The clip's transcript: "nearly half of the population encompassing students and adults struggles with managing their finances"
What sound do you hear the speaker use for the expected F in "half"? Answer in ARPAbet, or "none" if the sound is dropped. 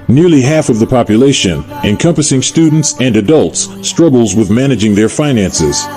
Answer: F